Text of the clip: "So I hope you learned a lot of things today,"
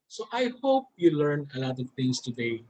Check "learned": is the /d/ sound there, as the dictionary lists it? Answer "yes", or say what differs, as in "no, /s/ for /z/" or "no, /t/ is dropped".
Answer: no, /d/ is dropped